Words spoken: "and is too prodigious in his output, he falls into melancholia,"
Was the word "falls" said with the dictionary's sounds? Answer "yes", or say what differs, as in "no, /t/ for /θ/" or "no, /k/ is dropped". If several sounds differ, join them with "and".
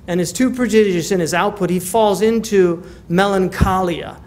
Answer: yes